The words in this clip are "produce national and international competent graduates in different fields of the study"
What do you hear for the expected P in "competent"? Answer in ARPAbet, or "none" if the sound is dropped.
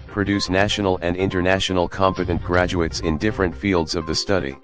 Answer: P